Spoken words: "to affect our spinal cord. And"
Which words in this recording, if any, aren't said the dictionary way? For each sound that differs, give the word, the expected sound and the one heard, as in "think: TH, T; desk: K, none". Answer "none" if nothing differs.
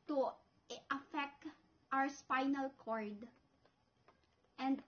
our: R, W